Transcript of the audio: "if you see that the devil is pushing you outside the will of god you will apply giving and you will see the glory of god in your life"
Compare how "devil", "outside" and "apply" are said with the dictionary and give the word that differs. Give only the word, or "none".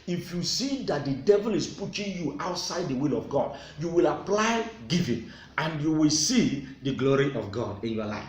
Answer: none